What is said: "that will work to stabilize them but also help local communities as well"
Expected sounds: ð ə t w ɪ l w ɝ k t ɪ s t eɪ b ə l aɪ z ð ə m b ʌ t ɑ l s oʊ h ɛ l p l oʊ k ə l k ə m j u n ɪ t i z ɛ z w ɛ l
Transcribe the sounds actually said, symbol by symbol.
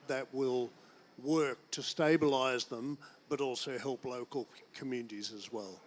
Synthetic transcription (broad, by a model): ð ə t w ɪ l w ɝ k t ɪ s t eɪ b ə l aɪ z ð ə m b ʌ t ɑ l s oʊ h ɛ l p l oʊ k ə l k ə m j u n ɪ t i z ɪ z w ɛ l